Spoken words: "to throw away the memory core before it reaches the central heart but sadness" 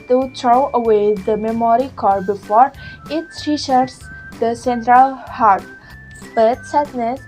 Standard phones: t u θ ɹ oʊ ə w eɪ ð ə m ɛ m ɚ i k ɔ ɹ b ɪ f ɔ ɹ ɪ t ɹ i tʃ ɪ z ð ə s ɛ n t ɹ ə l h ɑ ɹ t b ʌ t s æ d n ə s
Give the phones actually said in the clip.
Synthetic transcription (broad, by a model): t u t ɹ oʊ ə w eɪ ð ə m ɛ m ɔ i k ɔ ɹ b ɪ f ɔ ɹ ɪ t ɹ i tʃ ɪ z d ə s ɛ n t ɹ ə l h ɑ ɹ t b ʌ t s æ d n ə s